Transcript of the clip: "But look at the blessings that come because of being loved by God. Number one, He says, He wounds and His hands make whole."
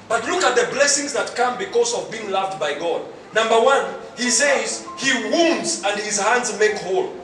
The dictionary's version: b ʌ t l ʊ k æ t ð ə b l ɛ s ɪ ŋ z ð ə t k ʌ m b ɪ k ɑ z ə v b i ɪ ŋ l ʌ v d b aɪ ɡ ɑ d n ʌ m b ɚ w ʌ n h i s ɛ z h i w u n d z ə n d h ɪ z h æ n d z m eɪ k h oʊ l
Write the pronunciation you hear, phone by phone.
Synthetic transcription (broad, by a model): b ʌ t l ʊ k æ t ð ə b l ɛ s ɪ ŋ z ð ə t k ʌ m b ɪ k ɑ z ə v b i ɪ ŋ l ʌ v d b aɪ ɡ ɑ d n ʌ m b ɚ w ʌ n h i s ɛ z h i w u n d z ə n d h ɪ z h æ n d z m eɪ k h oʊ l